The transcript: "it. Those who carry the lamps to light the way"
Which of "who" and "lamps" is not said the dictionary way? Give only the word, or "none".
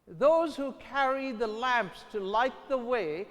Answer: none